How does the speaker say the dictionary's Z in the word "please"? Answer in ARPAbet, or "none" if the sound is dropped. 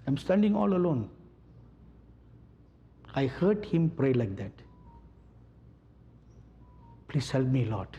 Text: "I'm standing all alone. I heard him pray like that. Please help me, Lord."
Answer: S